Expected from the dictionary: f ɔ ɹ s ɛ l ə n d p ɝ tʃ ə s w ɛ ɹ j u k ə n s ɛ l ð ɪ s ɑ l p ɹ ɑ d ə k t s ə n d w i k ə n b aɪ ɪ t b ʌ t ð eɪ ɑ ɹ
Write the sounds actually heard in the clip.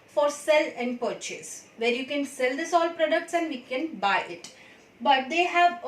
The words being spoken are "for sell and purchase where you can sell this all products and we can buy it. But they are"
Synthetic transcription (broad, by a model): f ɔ ɹ s ɛ l ə n d p ɝ tʃ ə s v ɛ ɹ j u k ə n s ɛ l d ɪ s ɑ l p ɹ ɑ d ə k t s ə n d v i k ə n b aɪ ɪ t b ʌ t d eɪ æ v